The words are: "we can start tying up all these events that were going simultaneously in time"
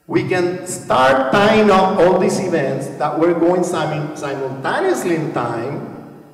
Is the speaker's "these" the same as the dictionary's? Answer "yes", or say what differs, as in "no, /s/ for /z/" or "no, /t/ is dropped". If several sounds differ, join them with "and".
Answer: no, /s/ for /z/